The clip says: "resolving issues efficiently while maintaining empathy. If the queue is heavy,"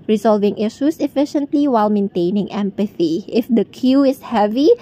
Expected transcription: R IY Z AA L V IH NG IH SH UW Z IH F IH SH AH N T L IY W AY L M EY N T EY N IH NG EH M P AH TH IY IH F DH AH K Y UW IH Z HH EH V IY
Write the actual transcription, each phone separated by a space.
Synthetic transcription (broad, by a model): R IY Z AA L V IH NG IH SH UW S IH F IH SH AH N T L IY W AY L M EY N T EY N IH NG EH M P AH TH IY IH F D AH K Y UW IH S HH EH V IY